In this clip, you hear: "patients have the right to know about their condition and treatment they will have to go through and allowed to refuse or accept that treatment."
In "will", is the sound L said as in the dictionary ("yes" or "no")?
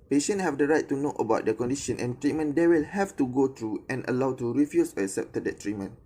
yes